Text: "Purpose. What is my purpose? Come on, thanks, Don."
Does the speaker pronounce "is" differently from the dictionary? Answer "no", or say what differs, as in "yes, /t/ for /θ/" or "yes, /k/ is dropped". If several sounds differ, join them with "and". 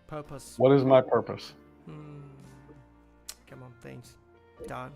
no